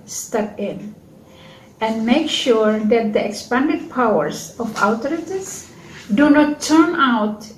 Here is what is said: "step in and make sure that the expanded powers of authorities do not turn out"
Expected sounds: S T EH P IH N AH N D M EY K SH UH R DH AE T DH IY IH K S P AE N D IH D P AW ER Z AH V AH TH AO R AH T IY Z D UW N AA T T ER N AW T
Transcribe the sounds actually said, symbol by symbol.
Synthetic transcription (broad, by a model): S T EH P IH N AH N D M EY K SH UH R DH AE T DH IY IH K S P AE N D IH D P AW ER S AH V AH T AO R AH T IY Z D UW N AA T T ER N AW T